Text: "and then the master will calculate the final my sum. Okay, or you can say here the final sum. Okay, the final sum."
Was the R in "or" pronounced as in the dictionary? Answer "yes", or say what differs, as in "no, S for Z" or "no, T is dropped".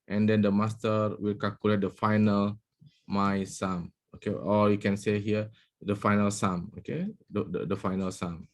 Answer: no, L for R